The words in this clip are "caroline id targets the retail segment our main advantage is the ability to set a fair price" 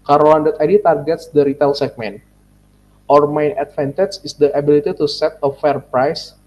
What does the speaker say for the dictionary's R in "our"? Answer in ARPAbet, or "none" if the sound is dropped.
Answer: R